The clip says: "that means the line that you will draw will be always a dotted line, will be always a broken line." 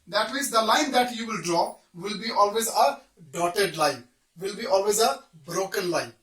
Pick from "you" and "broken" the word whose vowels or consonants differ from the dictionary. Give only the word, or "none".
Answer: none